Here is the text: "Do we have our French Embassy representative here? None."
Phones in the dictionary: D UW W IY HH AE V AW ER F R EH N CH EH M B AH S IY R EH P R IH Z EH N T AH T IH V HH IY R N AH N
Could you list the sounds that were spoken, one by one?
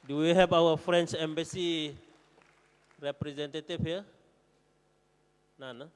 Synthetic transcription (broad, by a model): D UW W IY HH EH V AW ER F R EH N S EH M B AH S IY R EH P R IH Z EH N T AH T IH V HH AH N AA N